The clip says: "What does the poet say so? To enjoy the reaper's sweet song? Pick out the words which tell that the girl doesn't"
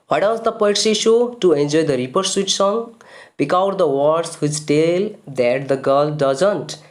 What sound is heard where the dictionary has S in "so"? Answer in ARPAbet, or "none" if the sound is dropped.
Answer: SH